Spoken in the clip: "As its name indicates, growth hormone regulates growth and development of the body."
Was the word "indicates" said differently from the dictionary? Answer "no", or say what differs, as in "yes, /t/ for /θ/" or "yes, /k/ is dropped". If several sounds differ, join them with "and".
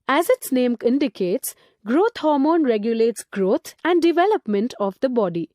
no